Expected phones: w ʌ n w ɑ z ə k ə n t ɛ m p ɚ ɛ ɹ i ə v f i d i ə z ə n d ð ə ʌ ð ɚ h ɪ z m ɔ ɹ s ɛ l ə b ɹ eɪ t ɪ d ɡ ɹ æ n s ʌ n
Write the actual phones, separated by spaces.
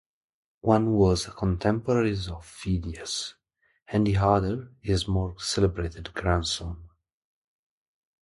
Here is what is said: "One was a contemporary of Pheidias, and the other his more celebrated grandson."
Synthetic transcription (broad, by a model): w ʌ n w ɑ z ə k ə n t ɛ m p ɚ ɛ ɹ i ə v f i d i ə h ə n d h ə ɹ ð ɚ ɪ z m ɔ ɹ s ɛ l ə b ɹ eɪ t ɪ d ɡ ɹ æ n s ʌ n